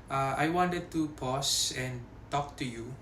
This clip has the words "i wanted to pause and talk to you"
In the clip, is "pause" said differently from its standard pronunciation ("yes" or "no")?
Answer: yes